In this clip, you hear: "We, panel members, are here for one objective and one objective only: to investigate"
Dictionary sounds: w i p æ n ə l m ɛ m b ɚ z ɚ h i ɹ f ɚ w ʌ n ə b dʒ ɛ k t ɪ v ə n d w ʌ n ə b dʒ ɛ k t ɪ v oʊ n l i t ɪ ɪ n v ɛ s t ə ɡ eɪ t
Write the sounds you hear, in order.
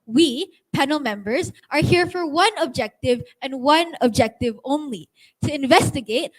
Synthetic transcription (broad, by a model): w i p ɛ n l m ɛ m b ɚ z ɚ h i ɹ f ɚ w ʌ n ə b dʒ ɛ k t ɪ v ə n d w ʌ n ə b dʒ ɛ k t ɪ v oʊ n l i t ɪ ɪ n v ɛ s t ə ɡ eɪ t